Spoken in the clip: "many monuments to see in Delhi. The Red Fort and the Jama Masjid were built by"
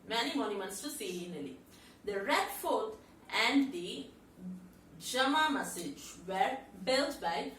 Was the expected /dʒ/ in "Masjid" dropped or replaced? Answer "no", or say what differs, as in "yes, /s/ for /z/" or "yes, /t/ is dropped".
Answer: yes, /dʒ/ is dropped